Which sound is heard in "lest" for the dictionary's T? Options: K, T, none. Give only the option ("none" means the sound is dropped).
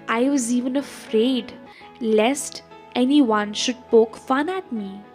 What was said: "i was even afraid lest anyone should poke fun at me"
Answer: T